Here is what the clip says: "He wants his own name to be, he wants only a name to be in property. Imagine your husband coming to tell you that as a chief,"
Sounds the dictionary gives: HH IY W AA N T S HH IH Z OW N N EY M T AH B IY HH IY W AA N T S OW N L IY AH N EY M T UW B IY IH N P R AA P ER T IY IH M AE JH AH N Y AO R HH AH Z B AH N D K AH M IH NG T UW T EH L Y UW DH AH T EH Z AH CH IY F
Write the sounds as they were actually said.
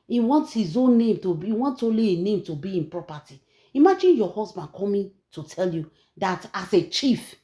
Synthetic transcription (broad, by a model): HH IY W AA N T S HH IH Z OW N N EY M T AH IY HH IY W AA N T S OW L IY AH N EY M T UW B IY IH N P R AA P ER T IY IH M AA JH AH N Y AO HH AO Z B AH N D K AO M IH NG T UW T EH L Y UW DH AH T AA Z AH CH IY F